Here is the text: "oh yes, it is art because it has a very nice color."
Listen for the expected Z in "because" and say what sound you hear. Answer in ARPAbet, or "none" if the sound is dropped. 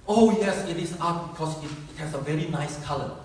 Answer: S